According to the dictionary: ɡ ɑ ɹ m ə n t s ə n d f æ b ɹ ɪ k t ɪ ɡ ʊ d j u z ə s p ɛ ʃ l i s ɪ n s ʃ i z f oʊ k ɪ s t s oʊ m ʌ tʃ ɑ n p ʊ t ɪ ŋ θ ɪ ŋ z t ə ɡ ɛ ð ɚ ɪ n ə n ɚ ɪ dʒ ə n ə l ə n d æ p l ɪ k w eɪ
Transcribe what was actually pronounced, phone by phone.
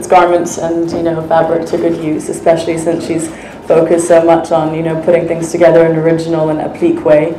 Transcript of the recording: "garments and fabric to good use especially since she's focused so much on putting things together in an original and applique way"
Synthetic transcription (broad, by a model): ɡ ɑ ɹ m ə n t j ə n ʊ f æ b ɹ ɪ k t ɪ ɡ ʊ d j u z ə s p ɛ ʃ l i s ɪ n s ʃ i z f oʊ k ɪ s t s oʊ m ʌ tʃ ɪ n p ʊ t ɪ ŋ θ ɪ ŋ z t ə ɡ ɛ ð ɚ ɪ n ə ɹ ɪ dʒ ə n l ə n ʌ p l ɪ k w eɪ